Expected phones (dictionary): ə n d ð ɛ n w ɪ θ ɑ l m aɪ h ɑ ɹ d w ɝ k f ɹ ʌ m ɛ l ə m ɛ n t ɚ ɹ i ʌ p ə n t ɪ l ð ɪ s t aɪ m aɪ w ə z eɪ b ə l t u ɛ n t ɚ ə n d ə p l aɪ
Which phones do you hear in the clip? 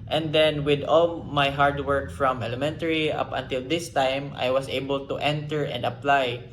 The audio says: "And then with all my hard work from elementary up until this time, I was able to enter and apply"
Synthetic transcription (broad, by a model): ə n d ɛ n w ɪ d ɑ l m aɪ h ɑ ɹ d w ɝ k f ɹ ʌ m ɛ l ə m ɛ n t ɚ ɹ i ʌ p ə n t ɪ l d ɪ s t aɪ m aɪ w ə s eɪ b ə l t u ɛ n t ɚ ə n d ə p l aɪ